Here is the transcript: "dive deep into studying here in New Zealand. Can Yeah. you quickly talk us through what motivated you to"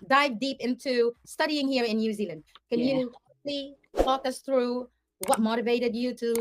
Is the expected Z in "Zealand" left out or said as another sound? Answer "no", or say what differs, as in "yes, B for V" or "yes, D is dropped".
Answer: no